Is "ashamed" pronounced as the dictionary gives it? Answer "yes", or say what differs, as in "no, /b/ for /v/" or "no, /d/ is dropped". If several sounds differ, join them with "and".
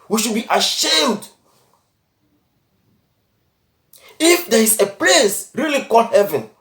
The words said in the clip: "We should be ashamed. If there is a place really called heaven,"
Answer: yes